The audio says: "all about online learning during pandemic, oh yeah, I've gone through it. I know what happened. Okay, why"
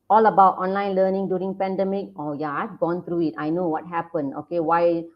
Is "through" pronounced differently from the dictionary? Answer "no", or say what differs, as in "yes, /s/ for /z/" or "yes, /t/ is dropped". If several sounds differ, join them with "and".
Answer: yes, /t/ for /θ/